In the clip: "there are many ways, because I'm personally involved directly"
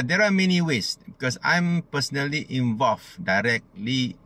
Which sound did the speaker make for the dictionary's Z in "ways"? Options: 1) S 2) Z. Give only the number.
1